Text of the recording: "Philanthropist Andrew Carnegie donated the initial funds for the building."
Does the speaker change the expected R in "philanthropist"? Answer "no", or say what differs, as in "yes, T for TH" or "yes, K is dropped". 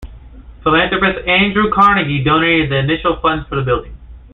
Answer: yes, R is dropped